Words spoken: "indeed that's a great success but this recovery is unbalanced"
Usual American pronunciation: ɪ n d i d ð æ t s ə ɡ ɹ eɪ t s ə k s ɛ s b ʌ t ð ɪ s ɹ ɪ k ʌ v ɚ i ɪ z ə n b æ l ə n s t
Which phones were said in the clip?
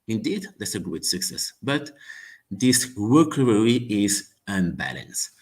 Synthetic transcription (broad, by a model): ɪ n d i d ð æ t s ə ɡ ɹ eɪ t s ə k s ɛ s b ʌ t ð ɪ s w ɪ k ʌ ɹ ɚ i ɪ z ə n b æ l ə n s